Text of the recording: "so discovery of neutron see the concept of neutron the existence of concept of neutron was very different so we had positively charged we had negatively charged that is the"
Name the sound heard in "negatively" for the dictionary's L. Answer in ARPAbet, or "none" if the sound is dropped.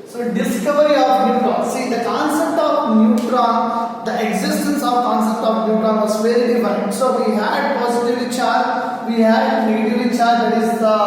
none